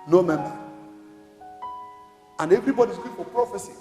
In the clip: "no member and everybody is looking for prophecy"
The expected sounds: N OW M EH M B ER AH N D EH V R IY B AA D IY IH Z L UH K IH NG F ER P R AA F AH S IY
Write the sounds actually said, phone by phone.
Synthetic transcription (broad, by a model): N OW M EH M B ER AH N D EH V R IY B AA D IY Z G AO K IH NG F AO P R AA F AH S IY